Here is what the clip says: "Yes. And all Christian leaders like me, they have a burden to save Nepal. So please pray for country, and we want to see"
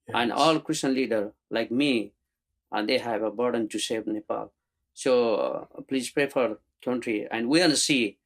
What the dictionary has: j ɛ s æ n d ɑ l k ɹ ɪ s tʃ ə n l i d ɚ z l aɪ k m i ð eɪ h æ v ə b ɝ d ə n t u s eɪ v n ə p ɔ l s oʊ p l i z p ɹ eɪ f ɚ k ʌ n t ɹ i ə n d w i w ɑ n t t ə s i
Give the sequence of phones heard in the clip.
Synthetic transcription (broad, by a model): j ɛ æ n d ɑ l k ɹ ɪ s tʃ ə n l i d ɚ l aɪ k m i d eɪ h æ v ə b ɝ d ə n t u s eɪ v n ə p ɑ l s oʊ p l i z p ɹ eɪ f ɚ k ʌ n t ɹ i ə n d w i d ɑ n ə s i